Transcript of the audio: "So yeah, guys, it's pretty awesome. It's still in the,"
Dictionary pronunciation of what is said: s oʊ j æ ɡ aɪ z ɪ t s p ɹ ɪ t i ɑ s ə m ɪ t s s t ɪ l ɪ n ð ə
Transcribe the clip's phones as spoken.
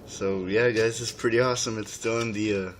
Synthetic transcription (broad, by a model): s oʊ j æ ɡ aɪ z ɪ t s p ɹ ɪ t i ɑ s ə m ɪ t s s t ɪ l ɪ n ð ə